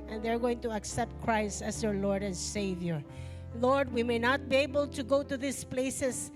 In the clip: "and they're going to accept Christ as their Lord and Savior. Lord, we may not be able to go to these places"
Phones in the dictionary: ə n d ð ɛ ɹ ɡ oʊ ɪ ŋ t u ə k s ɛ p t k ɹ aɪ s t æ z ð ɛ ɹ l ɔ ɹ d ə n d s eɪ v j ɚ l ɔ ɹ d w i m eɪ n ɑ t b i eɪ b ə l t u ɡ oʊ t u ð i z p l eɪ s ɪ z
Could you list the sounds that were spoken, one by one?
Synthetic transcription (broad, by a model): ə n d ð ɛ ɹ ɡ oʊ ɪ ŋ t u ə k s ɛ p t k ɹ aɪ s t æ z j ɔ ɹ l ɔ ɹ d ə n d s eɪ v j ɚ l ɔ ɹ d w i m eɪ n ɑ t b i eɪ b ə l t u ɡ oʊ t u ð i s p l eɪ s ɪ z